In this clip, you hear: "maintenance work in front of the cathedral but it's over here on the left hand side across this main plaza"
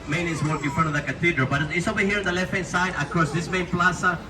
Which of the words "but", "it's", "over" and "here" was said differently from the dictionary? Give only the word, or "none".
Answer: over